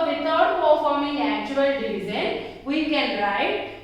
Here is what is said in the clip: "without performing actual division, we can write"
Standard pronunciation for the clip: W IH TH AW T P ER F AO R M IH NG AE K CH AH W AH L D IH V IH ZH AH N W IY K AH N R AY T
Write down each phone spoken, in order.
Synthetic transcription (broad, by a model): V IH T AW T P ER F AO R M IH NG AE K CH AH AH L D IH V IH Z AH N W IY K AH N R AY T